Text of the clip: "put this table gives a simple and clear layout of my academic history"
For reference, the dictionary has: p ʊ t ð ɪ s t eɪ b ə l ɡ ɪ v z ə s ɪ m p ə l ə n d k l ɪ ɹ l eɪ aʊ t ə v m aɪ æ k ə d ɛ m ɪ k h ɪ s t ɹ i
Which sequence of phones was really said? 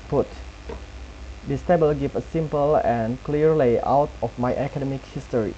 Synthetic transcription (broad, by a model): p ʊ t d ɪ s t eɪ b ə l ɡ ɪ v ə s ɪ m p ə l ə n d k l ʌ ɹ l eɪ aʊ t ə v m aɪ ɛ k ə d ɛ m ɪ k h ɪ s t ɹ i